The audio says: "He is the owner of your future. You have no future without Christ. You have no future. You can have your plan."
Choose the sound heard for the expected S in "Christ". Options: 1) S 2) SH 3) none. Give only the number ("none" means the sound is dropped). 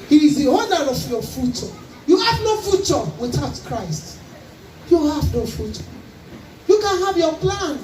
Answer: 1